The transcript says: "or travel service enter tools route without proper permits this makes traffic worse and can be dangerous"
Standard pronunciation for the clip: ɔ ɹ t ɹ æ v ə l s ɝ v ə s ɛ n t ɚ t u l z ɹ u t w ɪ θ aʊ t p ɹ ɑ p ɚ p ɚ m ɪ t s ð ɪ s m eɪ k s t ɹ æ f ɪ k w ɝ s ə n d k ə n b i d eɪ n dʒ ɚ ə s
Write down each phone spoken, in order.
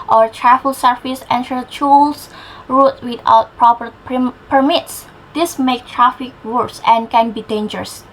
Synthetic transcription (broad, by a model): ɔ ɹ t ɹ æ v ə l s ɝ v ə s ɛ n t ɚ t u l s ɹ u t w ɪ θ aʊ t p ɹ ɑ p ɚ p ɚ m ɪ t s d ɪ s m eɪ k t ɹ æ f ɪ k w ɝ s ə n k ə n b i d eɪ n dʒ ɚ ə s